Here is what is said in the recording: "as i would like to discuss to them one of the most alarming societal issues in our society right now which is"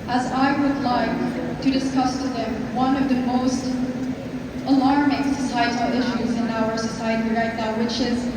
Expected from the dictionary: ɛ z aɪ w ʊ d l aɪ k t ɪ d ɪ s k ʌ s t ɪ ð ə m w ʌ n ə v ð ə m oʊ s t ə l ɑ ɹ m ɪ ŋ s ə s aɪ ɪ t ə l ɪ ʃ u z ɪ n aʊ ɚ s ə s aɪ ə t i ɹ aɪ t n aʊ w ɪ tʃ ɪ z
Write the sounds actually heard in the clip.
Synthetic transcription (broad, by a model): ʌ z aɪ w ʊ d l aɪ k t ɪ d ɪ s k ʌ s t ɪ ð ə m w ʌ n ə v ð ə m oʊ s t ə l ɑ ɹ m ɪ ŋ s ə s aɪ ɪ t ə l ɪ ʃ u z ɪ n aʊ ɚ s ə s aɪ ə t i ɹ aɪ t n aʊ w ɪ tʃ ɪ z